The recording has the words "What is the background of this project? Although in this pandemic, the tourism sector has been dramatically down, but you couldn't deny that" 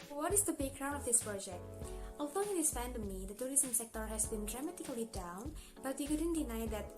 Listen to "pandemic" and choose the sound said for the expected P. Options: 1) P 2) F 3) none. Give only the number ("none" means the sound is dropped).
2